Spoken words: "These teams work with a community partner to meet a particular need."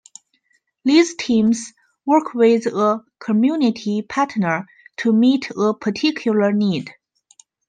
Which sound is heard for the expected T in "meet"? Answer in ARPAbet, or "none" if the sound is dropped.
T